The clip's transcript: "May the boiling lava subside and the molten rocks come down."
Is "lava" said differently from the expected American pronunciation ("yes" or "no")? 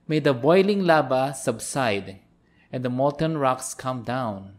yes